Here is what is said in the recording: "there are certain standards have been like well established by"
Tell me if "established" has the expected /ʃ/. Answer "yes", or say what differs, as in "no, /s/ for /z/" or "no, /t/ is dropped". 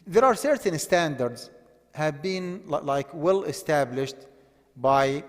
yes